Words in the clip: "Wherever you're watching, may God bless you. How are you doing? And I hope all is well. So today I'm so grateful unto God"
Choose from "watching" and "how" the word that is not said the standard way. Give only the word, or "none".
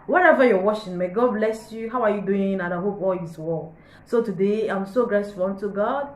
watching